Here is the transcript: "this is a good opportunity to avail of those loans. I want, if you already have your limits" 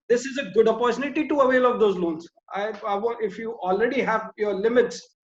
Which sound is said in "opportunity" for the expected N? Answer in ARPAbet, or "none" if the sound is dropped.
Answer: L